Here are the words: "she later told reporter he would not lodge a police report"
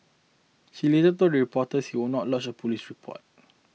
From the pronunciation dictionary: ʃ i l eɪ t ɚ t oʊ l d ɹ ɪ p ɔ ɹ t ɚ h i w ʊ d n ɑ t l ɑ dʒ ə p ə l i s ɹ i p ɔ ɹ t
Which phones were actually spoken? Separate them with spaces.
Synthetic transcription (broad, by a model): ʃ i l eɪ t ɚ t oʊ d ɹ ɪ p ɔ t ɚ h i w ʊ n ɑ t l ɑ tʃ ə p ə l i s ɹ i p ɔ t